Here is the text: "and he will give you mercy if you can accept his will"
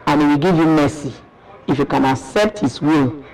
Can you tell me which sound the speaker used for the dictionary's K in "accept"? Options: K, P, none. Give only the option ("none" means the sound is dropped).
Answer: K